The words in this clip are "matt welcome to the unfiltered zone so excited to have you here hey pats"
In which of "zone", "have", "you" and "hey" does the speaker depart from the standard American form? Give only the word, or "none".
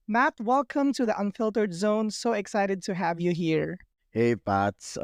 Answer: none